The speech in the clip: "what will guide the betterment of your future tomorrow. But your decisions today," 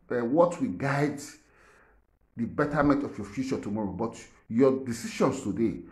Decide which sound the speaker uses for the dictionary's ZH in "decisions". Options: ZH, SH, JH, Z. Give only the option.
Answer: SH